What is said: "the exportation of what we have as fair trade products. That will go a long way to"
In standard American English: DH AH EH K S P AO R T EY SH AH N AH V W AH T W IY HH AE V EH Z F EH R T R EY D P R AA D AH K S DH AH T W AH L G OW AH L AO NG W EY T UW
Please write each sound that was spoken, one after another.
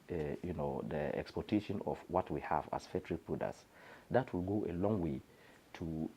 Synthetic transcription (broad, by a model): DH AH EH K S P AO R T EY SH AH N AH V W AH T W IY HH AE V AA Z F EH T R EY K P UW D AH S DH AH T W AH L G OW AH L AO NG W EY T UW